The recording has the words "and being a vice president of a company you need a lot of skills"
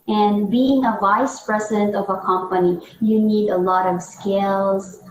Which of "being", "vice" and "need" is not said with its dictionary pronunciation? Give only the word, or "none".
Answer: none